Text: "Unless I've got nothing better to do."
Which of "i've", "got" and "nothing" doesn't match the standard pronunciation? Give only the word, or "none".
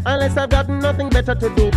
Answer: none